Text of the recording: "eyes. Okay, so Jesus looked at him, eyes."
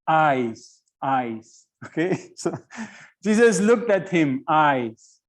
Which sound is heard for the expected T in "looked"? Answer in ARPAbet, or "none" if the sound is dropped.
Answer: T